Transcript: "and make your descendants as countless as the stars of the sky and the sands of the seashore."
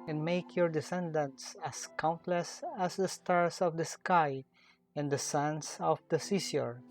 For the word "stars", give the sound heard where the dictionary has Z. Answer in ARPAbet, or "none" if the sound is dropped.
S